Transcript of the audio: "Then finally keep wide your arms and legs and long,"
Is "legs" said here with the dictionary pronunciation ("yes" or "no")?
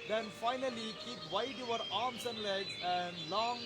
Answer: no